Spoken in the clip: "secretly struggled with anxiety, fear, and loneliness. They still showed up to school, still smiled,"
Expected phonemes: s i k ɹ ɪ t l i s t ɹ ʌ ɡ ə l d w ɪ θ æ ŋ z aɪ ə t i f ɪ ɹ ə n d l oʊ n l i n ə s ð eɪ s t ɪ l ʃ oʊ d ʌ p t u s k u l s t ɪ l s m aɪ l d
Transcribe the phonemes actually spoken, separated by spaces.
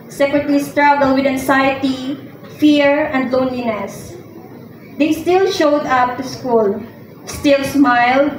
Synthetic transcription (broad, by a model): s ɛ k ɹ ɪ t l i s t ɹ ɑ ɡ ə l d w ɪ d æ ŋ s aɪ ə t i f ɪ ɹ ə n d l oʊ n l i n ə s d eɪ s t ɪ l ʃ oʊ d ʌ p t u s k u l s t ɪ l s m aɪ l d